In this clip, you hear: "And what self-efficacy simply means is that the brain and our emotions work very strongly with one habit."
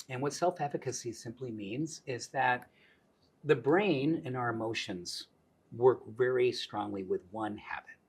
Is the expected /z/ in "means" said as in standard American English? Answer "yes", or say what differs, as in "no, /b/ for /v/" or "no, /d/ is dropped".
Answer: yes